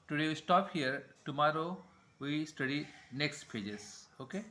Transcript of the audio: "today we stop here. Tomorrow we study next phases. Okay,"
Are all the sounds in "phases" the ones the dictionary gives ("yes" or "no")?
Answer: no